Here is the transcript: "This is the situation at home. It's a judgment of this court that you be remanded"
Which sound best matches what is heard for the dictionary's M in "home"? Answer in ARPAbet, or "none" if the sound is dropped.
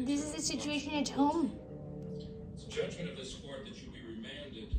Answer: none